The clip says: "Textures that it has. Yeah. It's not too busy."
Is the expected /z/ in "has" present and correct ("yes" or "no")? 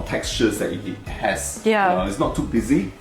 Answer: no